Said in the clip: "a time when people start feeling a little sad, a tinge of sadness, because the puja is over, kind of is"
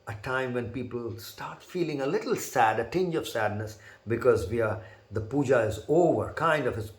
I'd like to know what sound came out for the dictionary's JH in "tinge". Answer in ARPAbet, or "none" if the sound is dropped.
JH